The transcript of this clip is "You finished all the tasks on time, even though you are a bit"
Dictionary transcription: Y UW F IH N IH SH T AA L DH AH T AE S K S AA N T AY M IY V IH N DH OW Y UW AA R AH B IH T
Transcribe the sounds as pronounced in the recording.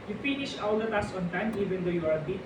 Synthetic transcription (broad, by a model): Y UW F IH N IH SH AA L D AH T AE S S AA N T AY M IY V IH N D OW Y UW AA R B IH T